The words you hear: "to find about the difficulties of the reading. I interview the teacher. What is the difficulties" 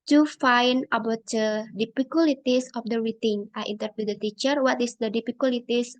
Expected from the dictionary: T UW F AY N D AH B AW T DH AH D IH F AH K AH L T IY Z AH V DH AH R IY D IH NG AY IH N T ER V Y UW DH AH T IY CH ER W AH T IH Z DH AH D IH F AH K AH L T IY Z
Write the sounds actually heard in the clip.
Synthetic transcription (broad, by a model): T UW F AY N AH B AW T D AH D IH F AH K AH L T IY S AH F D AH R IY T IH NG AY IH N T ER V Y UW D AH T IY CH ER W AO T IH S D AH D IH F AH K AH L T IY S